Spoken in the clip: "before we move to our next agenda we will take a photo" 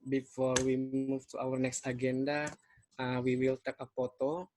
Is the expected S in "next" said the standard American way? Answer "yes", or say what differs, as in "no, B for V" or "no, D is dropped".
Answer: yes